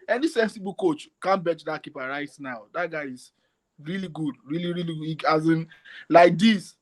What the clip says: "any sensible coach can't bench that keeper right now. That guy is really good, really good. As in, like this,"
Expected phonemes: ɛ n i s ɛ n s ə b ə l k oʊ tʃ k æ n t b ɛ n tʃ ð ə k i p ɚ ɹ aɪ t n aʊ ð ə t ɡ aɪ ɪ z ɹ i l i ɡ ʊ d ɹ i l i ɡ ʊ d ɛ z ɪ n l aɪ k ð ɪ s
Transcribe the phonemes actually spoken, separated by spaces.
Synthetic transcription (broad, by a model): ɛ n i s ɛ n s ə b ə k oʊ tʃ k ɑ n b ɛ tʃ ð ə k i p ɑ ɹ aɪ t n aʊ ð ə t ɡ aɪ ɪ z ɹ i l i ɡ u d ɹ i l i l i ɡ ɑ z ɪ n l aɪ k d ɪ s